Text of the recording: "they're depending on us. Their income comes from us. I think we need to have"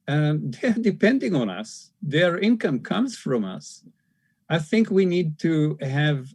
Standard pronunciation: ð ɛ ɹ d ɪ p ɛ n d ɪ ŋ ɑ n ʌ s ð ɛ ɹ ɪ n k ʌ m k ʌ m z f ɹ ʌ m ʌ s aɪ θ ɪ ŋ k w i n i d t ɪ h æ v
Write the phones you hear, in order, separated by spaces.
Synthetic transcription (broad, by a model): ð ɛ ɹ d ɪ p ɛ n d ɪ ŋ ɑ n ʌ s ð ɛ ɹ ɪ n k ʌ m k ʌ m z f ɹ ʌ m ʌ s aɪ θ ɪ ŋ k w i n i d t ɪ h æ v